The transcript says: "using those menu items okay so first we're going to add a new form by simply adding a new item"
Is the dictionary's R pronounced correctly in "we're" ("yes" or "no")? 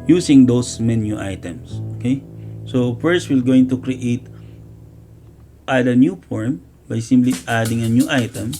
no